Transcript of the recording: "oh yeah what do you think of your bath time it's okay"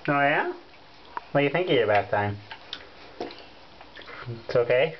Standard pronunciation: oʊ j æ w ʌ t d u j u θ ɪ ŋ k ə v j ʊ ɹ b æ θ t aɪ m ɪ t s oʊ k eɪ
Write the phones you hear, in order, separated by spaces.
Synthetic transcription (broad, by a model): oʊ j æ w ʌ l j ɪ θ ɪ ŋ k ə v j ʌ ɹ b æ s t aɪ m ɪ t s oʊ k eɪ